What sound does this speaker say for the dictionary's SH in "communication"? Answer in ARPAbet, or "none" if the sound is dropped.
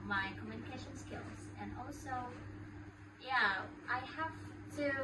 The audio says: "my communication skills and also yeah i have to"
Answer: SH